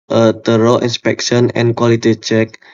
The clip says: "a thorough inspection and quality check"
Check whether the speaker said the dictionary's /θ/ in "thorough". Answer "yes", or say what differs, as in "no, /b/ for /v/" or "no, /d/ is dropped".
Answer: no, /t/ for /θ/